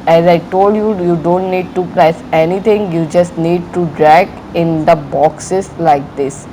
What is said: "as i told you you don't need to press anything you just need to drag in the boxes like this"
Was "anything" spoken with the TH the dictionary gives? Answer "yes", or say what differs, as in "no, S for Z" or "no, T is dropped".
no, T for TH